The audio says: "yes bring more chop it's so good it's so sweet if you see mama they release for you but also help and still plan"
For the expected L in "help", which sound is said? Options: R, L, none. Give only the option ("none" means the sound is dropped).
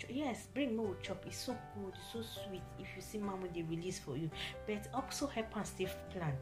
none